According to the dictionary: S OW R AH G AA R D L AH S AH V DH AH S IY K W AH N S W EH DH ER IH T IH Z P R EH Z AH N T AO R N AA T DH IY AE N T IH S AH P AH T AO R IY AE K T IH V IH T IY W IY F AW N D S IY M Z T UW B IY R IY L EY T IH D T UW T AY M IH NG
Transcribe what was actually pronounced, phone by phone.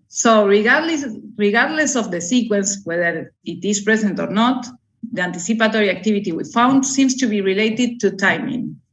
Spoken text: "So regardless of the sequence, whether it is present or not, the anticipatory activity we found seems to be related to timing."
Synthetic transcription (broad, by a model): S OW R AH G AA R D L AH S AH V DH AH S IY K W AH N S W EH DH ER IH T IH S P R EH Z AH N T AO R N AA T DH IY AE N T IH S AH P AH T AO R IY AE K T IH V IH T IY W IY F AW N D S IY M S T UW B IY R IY L EY T IH D T UW T AY M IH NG